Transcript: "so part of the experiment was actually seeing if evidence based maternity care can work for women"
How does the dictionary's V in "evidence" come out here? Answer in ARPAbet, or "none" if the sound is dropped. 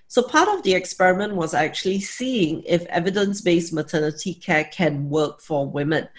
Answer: V